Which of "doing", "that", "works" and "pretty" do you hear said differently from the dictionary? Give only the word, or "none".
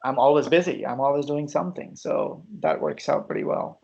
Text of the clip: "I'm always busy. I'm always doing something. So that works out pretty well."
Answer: none